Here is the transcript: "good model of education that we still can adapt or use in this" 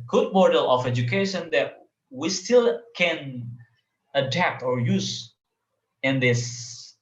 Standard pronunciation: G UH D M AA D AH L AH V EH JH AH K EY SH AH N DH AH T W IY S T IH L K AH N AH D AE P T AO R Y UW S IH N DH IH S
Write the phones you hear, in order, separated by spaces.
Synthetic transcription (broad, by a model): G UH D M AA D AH L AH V EH JH AH K EY SH AH N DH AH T W IY S T IH L K AH N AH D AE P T AO R Y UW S IH N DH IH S